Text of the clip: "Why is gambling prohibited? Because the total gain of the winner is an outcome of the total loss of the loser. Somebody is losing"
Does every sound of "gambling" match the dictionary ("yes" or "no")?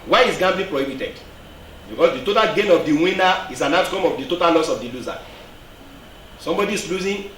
no